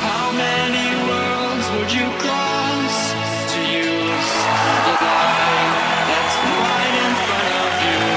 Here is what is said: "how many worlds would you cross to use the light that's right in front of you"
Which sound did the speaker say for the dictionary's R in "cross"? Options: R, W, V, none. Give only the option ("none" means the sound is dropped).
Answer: none